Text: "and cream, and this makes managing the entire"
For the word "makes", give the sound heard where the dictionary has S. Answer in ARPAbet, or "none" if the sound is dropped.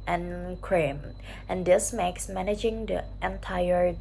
S